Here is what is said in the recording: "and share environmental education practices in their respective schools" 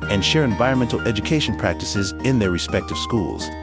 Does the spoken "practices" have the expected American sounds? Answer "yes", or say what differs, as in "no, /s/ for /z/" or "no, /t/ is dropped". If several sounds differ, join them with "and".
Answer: yes